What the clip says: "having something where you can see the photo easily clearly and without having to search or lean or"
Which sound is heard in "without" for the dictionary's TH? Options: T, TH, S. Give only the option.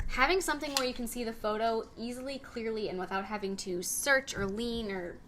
TH